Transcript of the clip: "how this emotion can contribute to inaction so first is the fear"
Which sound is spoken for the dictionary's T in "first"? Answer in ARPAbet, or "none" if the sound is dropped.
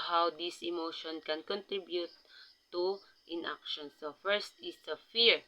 T